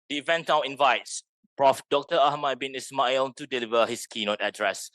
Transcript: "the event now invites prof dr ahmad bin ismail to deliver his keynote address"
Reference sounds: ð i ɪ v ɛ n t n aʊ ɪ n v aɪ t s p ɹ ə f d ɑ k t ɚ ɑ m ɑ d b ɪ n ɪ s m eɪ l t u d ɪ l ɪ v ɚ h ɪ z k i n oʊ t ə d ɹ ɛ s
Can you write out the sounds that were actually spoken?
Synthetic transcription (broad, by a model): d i v ɛ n n aʊ ɪ n v aɪ t s p ɹ ə f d ɑ k t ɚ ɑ m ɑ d b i n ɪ s m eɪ l t u d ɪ l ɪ v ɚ h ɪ s k i n oʊ t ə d ɹ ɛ s